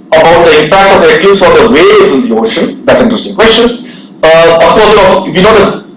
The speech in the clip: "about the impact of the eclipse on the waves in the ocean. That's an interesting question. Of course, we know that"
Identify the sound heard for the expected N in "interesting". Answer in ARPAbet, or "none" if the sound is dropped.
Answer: none